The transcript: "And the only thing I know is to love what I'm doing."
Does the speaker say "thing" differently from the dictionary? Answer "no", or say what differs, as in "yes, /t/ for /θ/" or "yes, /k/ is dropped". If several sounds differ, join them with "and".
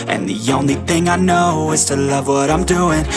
no